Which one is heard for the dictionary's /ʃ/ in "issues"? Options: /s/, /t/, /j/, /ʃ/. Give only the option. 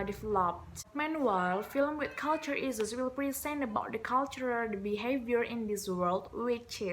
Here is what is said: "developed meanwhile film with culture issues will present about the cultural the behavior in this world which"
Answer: /s/